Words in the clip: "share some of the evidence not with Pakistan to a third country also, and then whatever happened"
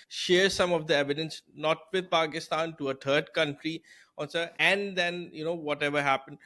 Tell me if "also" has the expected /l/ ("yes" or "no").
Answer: no